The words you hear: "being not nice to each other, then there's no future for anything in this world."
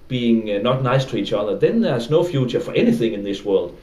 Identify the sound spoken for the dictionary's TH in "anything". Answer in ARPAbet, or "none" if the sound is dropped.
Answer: TH